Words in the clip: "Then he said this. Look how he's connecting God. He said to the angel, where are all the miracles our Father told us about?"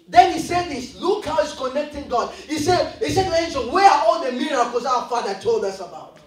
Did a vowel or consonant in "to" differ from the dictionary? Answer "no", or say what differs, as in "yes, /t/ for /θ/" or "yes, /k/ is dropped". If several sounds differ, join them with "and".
yes, /s/ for /t/